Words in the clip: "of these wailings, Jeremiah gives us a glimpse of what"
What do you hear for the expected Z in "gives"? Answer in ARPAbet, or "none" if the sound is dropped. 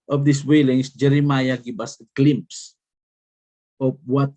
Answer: none